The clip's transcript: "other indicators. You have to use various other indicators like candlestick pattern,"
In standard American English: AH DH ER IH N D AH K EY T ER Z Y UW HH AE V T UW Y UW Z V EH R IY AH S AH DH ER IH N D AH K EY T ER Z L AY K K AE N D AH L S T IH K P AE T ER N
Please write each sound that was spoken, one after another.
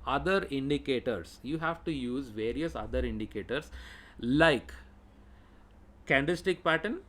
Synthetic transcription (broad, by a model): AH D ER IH N D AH K EY T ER S Y UW HH AE V T UW Y UW Z V EH R IY AH S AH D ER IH N D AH K EY T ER S L AY K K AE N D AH S T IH K P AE T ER N